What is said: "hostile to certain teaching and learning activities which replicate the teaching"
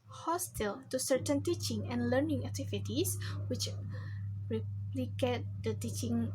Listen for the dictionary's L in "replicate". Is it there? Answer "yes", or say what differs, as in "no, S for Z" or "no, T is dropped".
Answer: yes